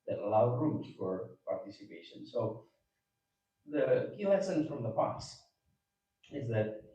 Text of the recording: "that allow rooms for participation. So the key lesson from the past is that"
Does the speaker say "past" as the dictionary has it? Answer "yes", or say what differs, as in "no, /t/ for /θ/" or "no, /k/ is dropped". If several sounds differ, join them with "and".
no, /t/ is dropped